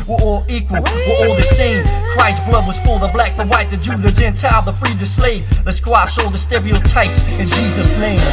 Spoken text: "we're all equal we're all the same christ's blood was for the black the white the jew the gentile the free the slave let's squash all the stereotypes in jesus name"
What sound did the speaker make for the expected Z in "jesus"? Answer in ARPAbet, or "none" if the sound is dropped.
Z